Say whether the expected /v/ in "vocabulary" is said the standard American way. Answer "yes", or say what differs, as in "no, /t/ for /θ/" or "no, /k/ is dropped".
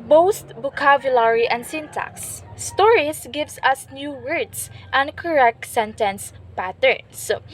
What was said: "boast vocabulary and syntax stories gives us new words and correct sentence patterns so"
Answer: no, /b/ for /v/